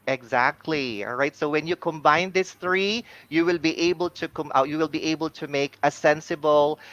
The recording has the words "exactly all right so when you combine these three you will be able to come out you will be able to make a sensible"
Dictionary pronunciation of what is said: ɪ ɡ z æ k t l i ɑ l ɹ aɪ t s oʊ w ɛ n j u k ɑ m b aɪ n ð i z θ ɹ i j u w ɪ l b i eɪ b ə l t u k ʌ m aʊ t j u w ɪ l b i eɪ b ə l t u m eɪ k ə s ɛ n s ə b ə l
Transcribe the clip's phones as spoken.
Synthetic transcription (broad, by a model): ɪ ɡ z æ k t l i ɑ l ɹ aɪ t s oʊ w ɛ n j u k ɑ m b aɪ n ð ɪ s θ ɹ i j u w ɪ l b i eɪ b ə l t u k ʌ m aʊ j u w ɪ l b i eɪ b ə l t u m eɪ k ə s ɛ n s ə b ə l